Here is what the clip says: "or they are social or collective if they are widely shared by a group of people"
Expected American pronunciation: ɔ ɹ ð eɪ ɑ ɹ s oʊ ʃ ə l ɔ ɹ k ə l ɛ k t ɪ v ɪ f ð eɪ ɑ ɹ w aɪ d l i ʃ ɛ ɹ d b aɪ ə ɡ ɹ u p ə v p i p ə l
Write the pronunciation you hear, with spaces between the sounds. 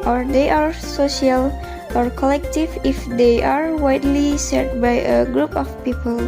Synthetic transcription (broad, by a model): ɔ ɹ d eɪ ɑ ɹ s oʊ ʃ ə l ɔ ɹ k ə l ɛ k t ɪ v ɪ f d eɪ ɑ ɹ w aɪ d l i s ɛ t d b aɪ ə ɡ ɹ u p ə f p i p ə l